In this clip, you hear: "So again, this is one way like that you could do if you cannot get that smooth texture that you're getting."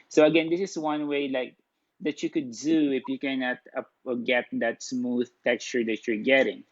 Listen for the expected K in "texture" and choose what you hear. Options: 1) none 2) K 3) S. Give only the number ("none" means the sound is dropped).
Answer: 2